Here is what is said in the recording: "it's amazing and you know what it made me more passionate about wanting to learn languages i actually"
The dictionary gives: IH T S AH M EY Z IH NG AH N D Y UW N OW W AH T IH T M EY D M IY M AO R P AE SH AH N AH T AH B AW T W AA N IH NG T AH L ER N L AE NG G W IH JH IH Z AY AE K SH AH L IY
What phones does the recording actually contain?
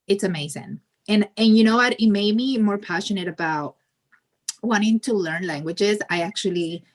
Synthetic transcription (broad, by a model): IH T S AH M EY Z IH NG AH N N Y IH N OW W AH T IH T M EY D M IY M AO R P AE SH AH N AH T AH B AW T W AA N IH NG T AH L ER N L AE NG G W IH JH IH Z AY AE K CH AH L IY